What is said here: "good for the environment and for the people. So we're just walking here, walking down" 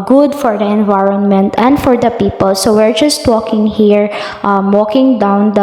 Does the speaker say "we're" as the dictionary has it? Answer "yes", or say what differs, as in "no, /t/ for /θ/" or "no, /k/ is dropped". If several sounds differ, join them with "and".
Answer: yes